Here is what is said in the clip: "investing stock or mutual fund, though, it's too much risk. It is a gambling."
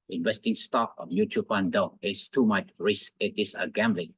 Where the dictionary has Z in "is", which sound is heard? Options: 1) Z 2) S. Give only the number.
2